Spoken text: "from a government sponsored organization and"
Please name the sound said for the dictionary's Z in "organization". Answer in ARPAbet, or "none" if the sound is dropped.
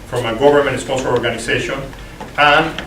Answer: S